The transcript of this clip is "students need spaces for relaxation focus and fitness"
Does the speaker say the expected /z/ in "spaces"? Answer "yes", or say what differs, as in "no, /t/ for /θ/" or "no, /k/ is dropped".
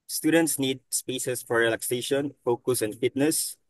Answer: no, /s/ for /z/